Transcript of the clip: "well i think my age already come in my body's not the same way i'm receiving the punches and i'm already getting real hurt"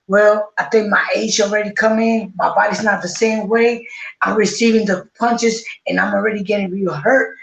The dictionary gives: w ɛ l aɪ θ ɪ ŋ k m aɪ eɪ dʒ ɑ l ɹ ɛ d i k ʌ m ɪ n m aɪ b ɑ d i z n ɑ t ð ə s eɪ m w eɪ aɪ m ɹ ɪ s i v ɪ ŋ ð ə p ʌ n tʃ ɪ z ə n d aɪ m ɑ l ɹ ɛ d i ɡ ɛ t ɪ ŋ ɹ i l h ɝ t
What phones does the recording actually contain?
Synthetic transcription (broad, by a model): w ɛ l aɪ θ ɪ ŋ k m aɪ eɪ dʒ l ɹ ɛ d i k ʌ m ɪ n m aɪ b ɑ d i z n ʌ t ð ə s eɪ m w eɪ aɪ m ɹ ɪ s i v ɪ ŋ ð ə p ʌ n tʃ ɪ z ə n aɪ m l ɹ ɛ d i ɡ ɛ t ɪ ŋ ɹ i l h ɝ t